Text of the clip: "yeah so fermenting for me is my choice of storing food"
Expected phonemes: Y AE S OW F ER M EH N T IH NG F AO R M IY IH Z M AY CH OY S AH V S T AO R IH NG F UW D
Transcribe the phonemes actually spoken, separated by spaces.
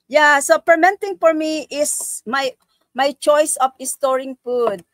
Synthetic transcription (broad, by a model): Y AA S OW P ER M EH N T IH NG F AO R M IY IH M M AY CH OY S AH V S T AO R IH NG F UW D